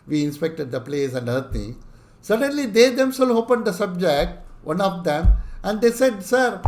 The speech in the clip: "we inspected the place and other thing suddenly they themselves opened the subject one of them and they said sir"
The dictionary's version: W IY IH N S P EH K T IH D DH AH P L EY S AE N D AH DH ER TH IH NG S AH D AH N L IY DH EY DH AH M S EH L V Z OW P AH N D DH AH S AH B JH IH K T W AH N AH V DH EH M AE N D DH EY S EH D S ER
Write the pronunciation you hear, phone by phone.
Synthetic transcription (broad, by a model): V IY IH N S P EH K T IH D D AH P L EY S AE N D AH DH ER T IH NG S AH D AH N L IY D EY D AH M S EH L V OW P AH N D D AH S AH B JH IH K T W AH N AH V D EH M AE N D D EY S EH D S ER